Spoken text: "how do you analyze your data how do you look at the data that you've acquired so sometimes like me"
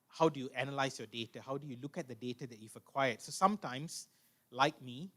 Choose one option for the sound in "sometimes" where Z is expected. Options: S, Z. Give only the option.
S